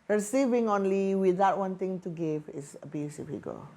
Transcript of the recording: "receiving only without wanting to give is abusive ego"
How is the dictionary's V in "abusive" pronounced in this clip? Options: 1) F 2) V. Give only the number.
1